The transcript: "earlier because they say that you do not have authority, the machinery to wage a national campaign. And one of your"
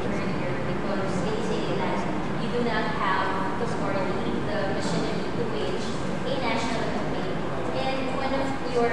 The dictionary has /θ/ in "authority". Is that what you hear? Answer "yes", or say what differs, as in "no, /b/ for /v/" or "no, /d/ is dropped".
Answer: no, /s/ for /θ/